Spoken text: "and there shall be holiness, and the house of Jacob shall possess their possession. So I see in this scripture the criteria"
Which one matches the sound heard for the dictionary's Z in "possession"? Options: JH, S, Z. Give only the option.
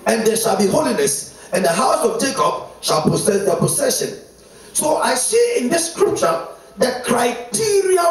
S